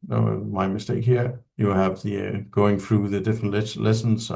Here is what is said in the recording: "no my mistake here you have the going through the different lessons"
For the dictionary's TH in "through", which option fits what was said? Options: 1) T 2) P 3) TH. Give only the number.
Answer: 3